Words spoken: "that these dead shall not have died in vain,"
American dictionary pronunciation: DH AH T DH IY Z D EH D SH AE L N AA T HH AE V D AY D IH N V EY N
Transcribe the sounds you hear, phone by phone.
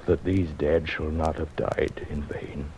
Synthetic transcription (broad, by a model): DH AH T DH IY Z D EH D SH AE L N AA T HH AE V D AY D IH N V EY N